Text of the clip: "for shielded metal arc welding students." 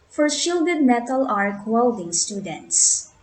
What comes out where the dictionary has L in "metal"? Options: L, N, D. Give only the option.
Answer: L